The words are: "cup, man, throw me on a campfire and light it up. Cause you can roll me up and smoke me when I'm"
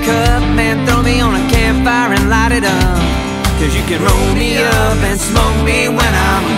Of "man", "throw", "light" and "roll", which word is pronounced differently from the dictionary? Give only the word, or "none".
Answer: none